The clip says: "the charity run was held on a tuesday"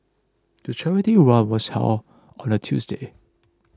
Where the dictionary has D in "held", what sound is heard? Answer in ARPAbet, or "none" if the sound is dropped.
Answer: none